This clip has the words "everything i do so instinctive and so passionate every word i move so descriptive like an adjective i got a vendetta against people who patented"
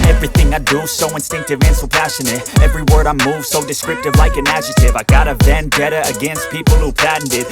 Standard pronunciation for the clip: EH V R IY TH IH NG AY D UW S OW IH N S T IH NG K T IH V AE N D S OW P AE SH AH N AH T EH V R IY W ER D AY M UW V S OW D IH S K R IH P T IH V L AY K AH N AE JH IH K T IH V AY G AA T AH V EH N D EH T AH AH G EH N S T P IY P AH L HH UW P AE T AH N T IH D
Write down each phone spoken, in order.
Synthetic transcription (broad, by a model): EH V R IY TH IH NG AY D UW S OW IH N S T IH NG K T IH V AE N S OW P AE SH AH N AH T EH V R IY W ER D AY M UW V S OW D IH S K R IH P T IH V L AY K AH N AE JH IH T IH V AY G AA T AH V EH N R EH T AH AH G EH N S T P IY P L HH UW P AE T N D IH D